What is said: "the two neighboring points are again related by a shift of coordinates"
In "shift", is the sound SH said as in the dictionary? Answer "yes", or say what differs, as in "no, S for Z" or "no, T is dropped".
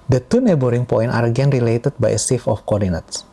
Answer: no, S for SH